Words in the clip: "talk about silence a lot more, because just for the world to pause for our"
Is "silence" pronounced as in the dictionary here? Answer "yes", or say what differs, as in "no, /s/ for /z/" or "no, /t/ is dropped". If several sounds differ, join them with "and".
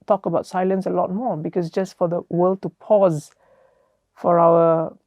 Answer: yes